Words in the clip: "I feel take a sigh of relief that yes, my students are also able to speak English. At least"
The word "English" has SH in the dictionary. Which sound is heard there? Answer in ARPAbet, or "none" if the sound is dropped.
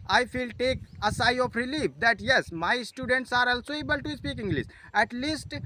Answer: S